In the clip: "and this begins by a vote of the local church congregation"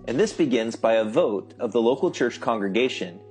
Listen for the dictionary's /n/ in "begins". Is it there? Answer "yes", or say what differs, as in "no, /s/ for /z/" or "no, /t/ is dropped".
yes